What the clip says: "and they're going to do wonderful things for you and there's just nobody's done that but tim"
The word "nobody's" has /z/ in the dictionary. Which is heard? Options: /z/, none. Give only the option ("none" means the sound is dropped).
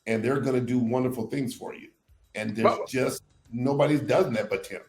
none